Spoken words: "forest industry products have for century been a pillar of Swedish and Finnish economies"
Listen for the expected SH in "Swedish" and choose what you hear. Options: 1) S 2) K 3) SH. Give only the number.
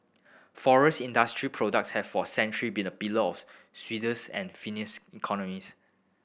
1